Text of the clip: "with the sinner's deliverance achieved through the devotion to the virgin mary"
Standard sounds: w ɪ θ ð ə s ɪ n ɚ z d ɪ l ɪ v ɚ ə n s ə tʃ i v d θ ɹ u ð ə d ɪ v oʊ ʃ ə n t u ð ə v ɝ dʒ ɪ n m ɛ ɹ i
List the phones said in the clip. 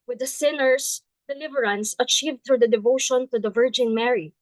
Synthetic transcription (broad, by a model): w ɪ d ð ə s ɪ n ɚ s d ɪ l ɪ v ɚ ə n s ə tʃ i v d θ ɹ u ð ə d ɪ v oʊ ʃ ə n t u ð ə v ɝ dʒ ɪ n m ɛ ɹ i